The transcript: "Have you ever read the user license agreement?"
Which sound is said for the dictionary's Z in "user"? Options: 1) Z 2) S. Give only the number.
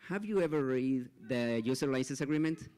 2